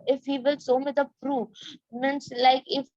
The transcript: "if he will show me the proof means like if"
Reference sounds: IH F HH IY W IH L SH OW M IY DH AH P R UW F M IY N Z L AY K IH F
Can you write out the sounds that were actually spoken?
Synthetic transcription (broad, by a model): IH F HH IY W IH L S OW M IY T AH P R UW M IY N S L AY K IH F